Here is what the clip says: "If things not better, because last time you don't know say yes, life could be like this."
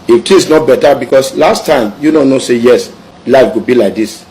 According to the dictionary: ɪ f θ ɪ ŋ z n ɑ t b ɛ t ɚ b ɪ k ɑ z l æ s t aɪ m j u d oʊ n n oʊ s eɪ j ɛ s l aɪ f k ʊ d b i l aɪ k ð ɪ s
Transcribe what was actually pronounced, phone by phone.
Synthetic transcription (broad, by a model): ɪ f t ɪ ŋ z n ɑ t b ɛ t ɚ b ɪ k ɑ s l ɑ s t aɪ m j u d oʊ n n oʊ s eɪ j ɛ s l aɪ f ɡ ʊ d b i l aɪ k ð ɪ s